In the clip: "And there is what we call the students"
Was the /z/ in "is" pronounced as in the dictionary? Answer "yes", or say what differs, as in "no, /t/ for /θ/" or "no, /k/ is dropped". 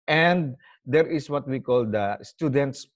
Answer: no, /s/ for /z/